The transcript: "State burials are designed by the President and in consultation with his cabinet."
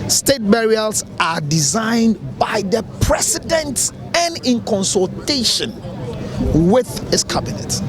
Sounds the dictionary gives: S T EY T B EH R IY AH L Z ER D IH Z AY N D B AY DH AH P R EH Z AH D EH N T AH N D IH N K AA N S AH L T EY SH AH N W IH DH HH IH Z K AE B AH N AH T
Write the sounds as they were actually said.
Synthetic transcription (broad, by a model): S T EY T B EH R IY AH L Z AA D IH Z AY N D B AY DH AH P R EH S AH D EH N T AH N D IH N K AA N S AH L T EY SH AH N W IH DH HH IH S K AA B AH N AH T